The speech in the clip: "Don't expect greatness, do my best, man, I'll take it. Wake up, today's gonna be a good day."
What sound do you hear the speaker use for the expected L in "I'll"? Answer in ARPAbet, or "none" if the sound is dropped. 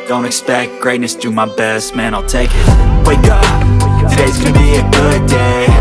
L